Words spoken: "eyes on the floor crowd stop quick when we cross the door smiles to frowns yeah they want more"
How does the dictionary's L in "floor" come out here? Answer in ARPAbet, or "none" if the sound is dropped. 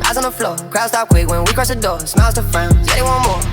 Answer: L